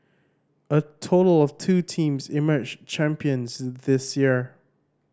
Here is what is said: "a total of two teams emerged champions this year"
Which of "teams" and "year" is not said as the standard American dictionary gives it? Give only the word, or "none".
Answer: none